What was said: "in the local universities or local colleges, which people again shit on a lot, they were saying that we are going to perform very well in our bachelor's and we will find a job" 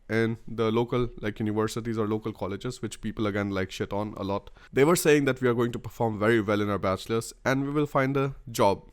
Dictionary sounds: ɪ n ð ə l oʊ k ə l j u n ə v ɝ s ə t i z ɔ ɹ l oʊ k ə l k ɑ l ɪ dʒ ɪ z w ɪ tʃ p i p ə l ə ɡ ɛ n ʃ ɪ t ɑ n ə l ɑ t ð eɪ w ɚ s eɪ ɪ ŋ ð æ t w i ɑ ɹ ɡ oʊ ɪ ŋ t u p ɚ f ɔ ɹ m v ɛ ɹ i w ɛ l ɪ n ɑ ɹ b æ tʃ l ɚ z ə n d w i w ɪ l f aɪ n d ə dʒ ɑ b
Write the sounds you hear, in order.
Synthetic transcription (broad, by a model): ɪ n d ə l oʊ k ə l j u n ə v ɝ s ə t i z ɔ ɹ l oʊ k ə l k ɑ l ɪ dʒ ɪ z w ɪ tʃ p i p ə l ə ɡ ɛ n ʃ ɪ t ɑ n ə l ɑ t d eɪ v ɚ s eɪ ɪ ŋ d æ t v i ɑ ɹ ɡ oʊ ɪ ŋ t u p ɚ f ɔ ɹ m v ɛ ɹ i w ɛ l ɪ n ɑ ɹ b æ tʃ l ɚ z ə n d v i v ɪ l f aɪ n d ə dʒ ɑ b